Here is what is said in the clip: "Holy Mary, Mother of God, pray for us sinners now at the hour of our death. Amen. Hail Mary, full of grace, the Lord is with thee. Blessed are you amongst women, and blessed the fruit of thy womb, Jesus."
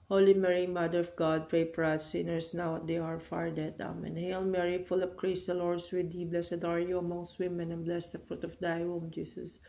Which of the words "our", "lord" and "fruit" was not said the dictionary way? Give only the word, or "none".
none